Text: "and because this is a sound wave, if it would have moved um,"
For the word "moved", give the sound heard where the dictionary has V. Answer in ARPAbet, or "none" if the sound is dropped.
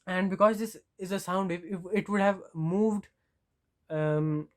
V